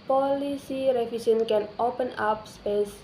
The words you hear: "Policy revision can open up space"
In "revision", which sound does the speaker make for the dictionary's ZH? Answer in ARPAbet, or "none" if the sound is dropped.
S